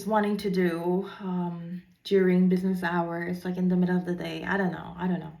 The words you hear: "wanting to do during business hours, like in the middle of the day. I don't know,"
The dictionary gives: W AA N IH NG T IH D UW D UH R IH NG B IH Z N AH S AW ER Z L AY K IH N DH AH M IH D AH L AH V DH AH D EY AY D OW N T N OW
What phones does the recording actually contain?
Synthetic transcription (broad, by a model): W AA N IH NG T IH D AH D UH R IH NG B IH Z N AH S AW ER Z L AY K IH N DH AH M IH D L AH V DH AH D EY AY D OW N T N OW